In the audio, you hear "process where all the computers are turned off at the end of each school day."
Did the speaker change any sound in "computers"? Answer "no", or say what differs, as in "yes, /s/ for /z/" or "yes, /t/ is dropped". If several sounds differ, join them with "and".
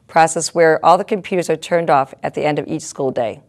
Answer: no